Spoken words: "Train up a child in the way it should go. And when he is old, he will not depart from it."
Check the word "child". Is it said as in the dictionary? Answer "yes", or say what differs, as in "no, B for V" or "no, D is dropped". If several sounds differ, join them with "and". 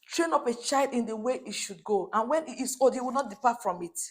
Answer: yes